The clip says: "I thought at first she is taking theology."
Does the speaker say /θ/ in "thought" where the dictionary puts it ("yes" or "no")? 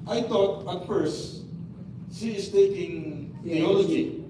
no